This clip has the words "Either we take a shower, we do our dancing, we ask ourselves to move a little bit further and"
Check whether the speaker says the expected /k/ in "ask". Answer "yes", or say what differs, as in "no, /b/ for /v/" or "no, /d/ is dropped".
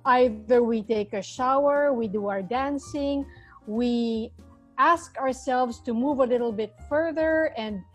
yes